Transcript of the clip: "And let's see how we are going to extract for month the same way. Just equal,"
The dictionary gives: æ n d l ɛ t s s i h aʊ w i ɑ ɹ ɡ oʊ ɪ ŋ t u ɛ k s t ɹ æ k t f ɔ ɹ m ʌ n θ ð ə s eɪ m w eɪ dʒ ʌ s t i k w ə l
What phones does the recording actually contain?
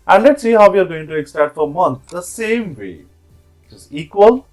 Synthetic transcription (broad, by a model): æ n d l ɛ t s s i h aʊ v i ɑ ɹ ɡ oʊ ɪ ŋ t u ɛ k s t æ t f ɔ ɹ m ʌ n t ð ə s eɪ m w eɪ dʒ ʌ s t i k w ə l